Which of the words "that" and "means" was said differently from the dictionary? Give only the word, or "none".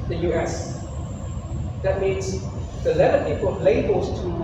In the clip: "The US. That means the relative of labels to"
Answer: none